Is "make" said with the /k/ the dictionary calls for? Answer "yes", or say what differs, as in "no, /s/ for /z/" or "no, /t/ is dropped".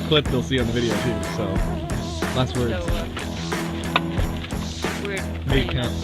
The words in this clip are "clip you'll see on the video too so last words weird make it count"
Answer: no, /k/ is dropped